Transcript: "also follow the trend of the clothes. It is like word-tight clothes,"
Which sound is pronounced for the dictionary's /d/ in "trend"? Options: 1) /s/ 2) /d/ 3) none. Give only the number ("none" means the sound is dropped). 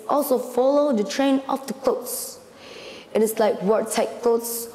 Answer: 3